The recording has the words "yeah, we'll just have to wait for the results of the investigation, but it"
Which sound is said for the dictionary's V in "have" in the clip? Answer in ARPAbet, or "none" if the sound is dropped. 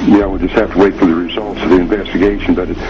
F